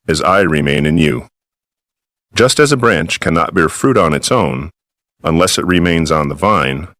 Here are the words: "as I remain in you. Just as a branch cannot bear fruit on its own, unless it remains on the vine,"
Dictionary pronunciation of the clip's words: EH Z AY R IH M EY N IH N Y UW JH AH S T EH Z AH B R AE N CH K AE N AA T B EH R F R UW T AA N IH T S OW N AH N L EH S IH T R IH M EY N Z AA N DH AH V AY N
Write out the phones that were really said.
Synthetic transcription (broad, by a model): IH Z AY R IH M EY N IH N Y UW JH AH S T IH Z AH B R AE N CH K AE N AA T B EH R F R UW T N IH T S OW N AH N L EH S IH T R IH M EY N Z N DH AH V AY N